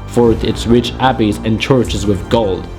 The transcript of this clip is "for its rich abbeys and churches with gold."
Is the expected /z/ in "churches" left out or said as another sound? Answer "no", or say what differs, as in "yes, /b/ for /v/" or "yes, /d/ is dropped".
no